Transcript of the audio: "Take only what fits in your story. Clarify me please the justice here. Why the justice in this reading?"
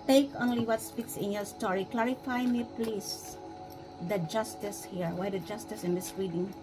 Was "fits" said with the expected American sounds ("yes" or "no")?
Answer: no